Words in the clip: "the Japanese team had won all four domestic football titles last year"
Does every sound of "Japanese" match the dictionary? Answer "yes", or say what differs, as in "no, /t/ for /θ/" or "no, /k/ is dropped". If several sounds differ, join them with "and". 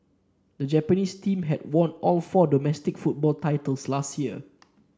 no, /s/ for /z/